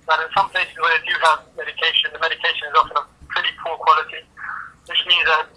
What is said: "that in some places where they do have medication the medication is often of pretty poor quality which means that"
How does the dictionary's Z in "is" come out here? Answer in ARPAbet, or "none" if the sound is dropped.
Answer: Z